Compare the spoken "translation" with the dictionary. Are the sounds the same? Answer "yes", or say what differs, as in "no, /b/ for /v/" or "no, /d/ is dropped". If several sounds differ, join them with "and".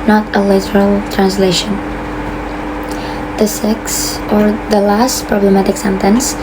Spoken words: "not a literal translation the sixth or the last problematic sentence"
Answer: yes